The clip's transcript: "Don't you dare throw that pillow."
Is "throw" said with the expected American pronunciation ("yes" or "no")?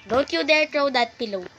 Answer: no